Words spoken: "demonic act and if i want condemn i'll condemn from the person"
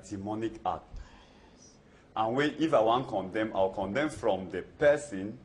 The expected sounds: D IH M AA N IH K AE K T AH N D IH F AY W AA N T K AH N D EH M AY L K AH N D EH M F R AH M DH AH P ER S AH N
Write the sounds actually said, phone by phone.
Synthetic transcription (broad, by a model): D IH M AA N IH K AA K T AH N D IH F AY W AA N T K AH N D EH M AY W K AH N D EH M F R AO M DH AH P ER S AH N